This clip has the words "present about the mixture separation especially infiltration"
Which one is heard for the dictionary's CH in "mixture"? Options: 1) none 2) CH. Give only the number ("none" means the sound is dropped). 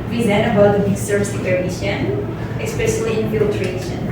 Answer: 1